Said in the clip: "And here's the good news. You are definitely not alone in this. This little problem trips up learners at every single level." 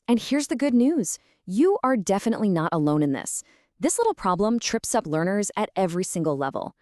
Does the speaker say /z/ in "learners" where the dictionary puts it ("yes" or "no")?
yes